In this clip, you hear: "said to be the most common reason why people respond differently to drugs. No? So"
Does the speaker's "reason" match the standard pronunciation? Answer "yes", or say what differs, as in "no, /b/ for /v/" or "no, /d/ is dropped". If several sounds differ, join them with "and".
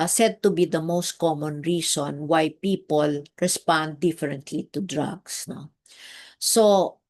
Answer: no, /s/ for /z/